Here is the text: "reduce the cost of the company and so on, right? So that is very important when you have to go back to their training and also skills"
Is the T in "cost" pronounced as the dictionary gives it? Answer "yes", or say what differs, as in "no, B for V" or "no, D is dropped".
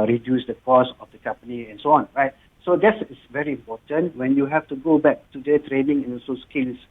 no, T is dropped